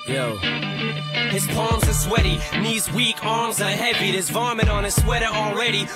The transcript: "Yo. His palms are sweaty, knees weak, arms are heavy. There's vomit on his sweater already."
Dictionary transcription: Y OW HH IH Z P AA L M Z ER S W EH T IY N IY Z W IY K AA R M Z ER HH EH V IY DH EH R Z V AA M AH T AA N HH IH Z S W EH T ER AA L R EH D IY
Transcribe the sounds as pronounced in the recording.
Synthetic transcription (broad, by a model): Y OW HH IH Z P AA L M Z ER S W EH T IY N IY Z W IY K AA R M Z ER HH EH V IY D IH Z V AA M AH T N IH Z S W EH T ER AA L R EH D IY